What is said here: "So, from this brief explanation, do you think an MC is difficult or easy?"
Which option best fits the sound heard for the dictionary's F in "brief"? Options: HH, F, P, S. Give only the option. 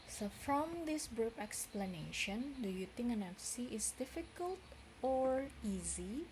P